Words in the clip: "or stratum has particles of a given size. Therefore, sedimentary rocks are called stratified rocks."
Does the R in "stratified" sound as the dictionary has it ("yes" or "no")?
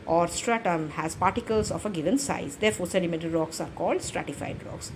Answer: yes